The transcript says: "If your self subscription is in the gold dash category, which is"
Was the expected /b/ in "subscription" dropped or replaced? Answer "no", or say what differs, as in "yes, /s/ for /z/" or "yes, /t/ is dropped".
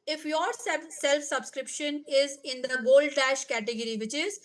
no